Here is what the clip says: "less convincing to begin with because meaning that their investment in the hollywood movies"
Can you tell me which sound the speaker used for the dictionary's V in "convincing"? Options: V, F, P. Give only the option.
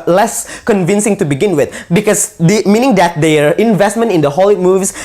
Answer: V